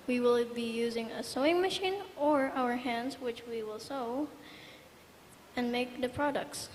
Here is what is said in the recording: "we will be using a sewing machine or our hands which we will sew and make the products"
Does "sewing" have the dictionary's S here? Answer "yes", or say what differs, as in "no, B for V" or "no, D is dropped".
yes